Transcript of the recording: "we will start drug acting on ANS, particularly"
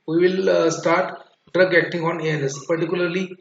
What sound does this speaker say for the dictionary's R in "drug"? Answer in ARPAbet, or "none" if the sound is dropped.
R